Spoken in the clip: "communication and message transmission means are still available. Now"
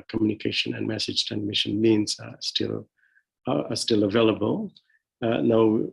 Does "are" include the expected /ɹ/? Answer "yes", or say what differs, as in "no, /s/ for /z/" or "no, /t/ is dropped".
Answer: no, /l/ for /ɹ/